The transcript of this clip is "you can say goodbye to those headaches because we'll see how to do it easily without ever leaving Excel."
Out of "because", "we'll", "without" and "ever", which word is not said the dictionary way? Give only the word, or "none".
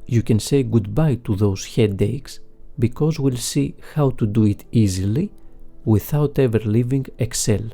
none